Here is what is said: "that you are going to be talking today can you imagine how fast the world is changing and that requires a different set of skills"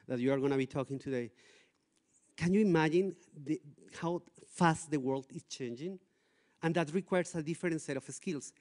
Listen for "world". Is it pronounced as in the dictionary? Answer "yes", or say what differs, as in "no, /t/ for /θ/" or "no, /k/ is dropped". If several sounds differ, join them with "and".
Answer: yes